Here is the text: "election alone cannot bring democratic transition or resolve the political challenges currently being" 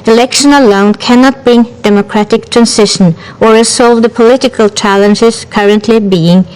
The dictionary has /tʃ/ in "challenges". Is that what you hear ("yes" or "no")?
yes